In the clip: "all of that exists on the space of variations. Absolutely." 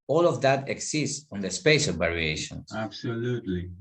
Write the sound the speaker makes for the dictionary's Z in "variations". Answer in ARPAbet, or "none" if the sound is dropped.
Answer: S